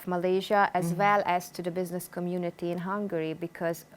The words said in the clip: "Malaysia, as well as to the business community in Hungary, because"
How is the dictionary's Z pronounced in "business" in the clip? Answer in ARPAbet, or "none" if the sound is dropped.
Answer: Z